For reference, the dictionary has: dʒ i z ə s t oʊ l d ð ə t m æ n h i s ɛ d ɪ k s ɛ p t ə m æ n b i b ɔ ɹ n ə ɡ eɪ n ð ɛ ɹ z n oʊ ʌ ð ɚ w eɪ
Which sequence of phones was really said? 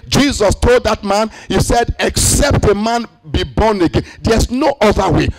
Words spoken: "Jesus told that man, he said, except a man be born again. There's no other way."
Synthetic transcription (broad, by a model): dʒ i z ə s t oʊ l d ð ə t m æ n h i s ɛ d ɪ k s ɛ p t ə m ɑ n b i b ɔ n ə ɡ eɪ n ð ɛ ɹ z n oʊ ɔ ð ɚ w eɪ